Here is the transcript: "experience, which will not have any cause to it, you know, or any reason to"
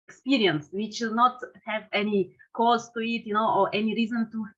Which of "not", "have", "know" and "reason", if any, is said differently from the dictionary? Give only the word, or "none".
none